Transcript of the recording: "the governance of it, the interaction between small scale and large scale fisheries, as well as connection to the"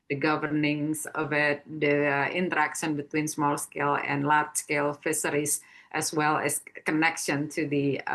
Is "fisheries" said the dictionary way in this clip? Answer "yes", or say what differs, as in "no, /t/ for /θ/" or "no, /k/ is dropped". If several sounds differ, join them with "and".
no, /s/ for /ʃ/